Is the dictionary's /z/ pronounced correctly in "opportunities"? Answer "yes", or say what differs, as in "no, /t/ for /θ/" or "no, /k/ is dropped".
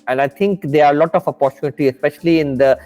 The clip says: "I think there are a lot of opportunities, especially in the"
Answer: no, /z/ is dropped